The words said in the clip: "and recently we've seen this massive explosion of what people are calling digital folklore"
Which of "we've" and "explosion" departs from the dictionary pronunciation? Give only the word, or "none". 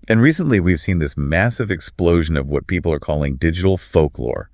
none